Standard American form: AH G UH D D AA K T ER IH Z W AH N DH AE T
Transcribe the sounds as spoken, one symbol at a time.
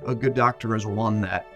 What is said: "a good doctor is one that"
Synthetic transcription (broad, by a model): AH G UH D D AA K T ER IH Z W AH N DH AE T